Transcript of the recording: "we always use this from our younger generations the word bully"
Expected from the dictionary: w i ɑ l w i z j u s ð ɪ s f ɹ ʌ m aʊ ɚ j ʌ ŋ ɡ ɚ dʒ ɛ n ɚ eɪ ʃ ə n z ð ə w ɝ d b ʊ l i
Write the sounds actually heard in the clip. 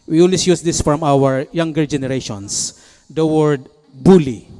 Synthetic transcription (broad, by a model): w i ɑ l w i s j u s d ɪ s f ɹ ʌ m aʊ ɚ j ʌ ŋ ɡ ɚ dʒ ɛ n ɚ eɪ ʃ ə n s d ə w ɝ d b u l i